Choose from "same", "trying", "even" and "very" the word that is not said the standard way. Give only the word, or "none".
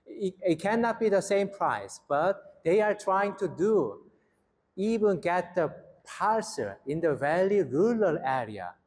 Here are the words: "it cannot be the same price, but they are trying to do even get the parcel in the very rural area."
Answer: very